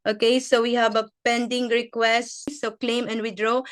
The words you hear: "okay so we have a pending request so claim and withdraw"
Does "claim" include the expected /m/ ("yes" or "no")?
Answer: yes